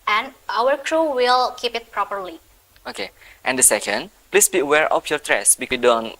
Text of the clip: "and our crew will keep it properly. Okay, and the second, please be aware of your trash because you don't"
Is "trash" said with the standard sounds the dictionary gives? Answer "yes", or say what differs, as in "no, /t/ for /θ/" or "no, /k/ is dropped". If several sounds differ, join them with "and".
no, /s/ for /ʃ/